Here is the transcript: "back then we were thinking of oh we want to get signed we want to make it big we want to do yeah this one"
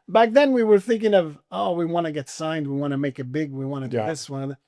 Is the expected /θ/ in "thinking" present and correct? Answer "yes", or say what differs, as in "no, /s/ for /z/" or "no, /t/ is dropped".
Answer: yes